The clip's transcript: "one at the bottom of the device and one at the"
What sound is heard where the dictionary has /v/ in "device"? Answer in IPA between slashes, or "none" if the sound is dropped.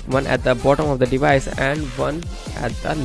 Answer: /v/